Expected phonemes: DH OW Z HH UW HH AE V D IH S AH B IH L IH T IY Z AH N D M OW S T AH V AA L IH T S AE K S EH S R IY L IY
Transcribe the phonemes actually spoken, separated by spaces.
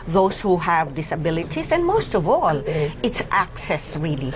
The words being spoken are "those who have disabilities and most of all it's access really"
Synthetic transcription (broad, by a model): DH OW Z HH UW HH AE V D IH S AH B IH L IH T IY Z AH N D M OW S T AH V AA L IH T S AE K S EH S R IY L IY